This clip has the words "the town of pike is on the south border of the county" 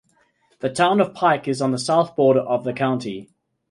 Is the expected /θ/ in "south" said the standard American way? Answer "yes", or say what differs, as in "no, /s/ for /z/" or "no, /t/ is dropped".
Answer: yes